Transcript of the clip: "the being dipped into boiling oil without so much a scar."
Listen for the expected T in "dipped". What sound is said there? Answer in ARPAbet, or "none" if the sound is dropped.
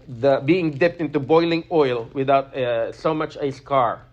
T